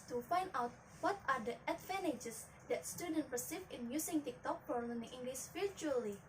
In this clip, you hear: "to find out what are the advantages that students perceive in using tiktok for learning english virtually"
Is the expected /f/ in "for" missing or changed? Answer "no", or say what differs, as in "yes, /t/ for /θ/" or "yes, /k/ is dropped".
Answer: yes, /p/ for /f/